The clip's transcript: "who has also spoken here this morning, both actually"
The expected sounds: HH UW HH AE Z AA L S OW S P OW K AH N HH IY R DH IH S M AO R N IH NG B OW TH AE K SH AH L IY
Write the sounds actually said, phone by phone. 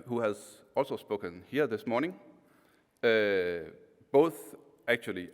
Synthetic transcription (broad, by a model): HH UW HH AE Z AA L S OW S P OW K AH N HH IY R DH IH S M AO R N IH NG B OW TH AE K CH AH L IY